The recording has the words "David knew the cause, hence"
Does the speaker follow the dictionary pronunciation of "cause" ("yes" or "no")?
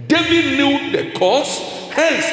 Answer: no